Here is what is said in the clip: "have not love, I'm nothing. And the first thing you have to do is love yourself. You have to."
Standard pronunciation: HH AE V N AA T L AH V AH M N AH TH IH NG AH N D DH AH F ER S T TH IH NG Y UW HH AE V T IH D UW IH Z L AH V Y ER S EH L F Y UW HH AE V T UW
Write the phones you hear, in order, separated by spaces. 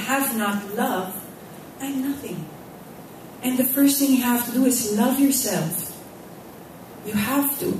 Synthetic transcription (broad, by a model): HH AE V N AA T L AH V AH N AH TH IH NG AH N DH AH F ER S T TH IH NG Y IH HH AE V T IH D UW IH Z L AH V Y ER S EH L F Y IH HH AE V T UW